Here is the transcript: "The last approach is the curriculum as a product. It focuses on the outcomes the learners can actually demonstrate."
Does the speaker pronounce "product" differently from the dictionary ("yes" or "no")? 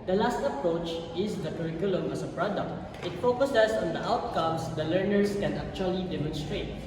no